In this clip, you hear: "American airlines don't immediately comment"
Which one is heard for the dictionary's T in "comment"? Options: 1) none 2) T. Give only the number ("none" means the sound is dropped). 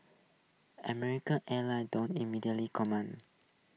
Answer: 1